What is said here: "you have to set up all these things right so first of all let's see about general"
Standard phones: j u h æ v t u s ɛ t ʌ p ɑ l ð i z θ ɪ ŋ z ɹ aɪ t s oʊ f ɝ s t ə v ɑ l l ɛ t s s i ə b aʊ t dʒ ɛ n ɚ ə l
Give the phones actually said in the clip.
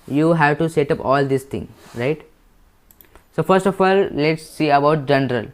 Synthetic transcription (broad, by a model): j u h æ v t u s ɛ t ʌ p ɑ l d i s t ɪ ŋ ɹ aɪ t s oʊ f ɝ s t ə f ɑ l l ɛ t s s i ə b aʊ t dʒ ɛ n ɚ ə l